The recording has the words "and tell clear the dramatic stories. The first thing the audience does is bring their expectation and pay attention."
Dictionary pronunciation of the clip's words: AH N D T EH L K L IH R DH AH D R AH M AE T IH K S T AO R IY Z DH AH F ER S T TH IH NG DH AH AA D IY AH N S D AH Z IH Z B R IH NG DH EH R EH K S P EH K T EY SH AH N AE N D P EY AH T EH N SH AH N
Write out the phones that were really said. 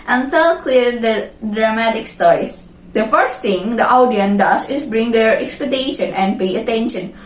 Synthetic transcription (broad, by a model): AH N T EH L K L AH R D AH D R AH M AE T IH K S T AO R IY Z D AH F ER S T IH NG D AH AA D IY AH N D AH S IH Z B R IH NG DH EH R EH K S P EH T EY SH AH N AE N D P EY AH T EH N SH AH N